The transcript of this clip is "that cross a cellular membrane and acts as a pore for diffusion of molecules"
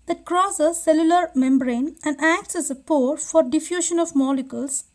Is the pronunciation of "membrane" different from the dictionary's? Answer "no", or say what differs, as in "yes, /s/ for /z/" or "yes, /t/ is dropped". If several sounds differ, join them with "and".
no